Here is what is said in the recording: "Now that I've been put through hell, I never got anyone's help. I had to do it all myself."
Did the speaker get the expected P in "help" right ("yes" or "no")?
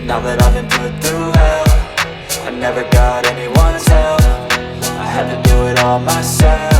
no